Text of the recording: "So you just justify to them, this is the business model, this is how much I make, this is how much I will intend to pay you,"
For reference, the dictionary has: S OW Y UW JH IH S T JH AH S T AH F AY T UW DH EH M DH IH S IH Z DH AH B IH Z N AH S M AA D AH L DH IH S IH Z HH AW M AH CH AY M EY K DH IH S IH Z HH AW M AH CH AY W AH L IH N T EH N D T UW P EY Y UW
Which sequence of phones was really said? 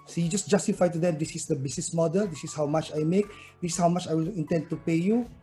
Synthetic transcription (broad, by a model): S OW Y UW JH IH S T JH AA S T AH F AY T UW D EH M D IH S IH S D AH B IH S N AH S M AA D AH L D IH S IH S HH AW M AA CH AY M EY K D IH S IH S HH AW M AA CH AY W AH L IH N T EH N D T UW P EY Y UW